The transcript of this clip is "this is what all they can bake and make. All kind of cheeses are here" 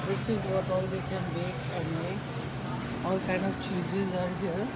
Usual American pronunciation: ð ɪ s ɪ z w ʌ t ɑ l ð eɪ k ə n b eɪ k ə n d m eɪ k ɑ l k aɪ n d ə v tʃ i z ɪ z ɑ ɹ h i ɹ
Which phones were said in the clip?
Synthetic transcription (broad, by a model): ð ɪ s ɪ z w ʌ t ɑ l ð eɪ k ə n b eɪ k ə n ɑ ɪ ɑ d k aɪ n d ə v tʃ i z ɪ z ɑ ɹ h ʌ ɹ